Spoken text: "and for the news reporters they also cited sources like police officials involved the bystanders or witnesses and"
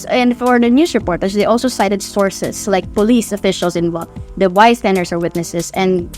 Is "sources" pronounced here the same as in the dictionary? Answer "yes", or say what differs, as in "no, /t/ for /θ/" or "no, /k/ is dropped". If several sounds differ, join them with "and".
no, /s/ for /z/